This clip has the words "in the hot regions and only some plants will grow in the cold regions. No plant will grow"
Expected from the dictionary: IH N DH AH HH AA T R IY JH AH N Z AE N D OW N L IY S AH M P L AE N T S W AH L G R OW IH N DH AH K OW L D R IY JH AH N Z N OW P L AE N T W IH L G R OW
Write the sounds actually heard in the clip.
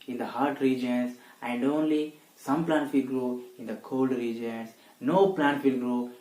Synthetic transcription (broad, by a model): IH N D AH HH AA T R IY JH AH N S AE N D OW N L IY S AH M P L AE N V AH L G R OW IH N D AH K OW L D R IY JH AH N S N OW P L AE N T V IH L G R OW